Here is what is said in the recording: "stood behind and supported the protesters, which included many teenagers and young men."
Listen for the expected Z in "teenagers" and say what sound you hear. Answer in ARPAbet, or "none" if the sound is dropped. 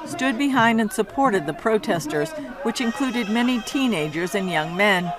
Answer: Z